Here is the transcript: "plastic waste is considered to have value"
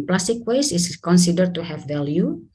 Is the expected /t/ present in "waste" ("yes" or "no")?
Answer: no